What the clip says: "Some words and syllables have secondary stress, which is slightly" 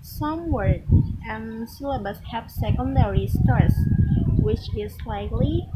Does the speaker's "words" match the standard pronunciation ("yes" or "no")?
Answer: no